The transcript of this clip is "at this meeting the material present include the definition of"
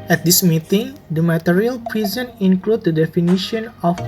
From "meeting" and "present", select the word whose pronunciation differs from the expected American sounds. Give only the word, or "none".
present